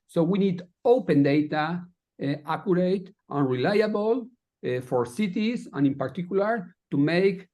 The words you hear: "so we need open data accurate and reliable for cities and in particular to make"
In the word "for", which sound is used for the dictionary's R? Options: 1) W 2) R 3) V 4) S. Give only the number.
2